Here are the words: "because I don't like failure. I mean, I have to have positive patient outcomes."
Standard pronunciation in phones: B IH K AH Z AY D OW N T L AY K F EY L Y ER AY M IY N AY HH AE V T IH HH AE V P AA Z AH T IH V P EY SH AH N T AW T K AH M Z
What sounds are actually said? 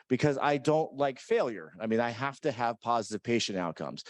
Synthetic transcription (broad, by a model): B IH K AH Z AY D OW N T L AY K F EY L Y ER AY M IY N AY HH AE F T IH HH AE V P AA Z AH T IH V P EY SH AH N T AW T K AH M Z